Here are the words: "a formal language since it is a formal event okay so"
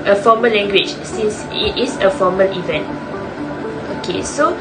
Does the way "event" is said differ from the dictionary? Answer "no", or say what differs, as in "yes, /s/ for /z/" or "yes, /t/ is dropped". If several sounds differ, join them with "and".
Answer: no